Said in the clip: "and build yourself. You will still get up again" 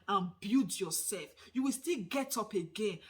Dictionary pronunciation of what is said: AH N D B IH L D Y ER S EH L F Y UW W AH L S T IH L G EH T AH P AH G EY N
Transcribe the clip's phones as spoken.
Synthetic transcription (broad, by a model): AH N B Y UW D Y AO S EH L F Y UW W AH L S T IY L G EH T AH P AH G EY N